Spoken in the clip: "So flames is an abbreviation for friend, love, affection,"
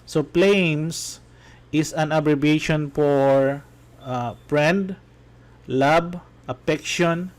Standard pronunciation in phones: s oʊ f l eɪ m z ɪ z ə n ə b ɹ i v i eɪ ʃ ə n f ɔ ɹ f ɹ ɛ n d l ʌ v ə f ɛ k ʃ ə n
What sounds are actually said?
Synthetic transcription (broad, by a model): s oʊ p l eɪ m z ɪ s ə n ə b ɹ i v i eɪ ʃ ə n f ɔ ɹ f ɹ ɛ n d l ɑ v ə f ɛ k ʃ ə n